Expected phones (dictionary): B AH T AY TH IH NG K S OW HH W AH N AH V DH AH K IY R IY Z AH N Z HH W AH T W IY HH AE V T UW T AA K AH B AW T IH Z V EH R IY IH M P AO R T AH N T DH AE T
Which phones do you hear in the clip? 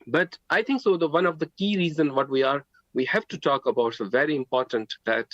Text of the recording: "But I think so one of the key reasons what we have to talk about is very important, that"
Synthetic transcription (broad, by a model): B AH T AY T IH NG K S OW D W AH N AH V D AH K IY R IY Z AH N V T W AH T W IY HH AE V T UW T AA K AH B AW T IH V EH R IY IH M P AO R T AH N T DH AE T